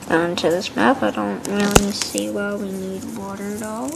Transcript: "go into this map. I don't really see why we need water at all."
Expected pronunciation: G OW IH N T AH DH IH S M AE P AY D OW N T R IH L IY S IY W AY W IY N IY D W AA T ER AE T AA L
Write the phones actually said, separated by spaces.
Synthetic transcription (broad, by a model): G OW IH N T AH DH IH S M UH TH AY D OW N T R IH L IY S IY W AY W IY N IY D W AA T ER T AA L